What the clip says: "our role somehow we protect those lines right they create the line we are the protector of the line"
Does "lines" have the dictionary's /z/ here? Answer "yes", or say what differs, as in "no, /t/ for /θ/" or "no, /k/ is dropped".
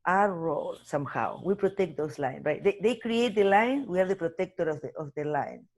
no, /z/ is dropped